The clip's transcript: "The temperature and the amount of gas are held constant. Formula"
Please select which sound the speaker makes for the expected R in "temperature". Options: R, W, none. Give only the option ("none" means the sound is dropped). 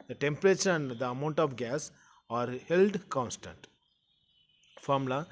R